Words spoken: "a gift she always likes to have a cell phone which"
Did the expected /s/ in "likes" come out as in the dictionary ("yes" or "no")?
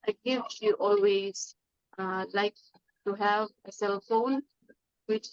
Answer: no